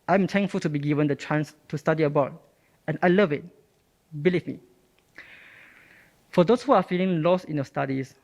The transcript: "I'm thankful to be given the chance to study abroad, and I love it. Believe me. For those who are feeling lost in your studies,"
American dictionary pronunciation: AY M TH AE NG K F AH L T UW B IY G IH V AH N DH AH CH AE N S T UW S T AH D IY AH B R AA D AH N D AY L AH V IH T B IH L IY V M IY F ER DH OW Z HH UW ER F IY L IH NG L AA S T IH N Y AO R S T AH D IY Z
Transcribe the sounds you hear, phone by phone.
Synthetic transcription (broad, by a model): AY M T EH NG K F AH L T UW B IY G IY V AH N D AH CH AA N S T UW S T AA D IY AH B AA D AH N AY L AH V IH T B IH L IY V M IY F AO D OW S HH UW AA F IY L IH NG L AA S T IH N Y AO S T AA D IY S